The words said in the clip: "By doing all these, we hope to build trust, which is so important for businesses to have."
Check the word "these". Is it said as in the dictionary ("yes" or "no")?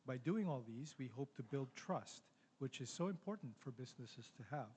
yes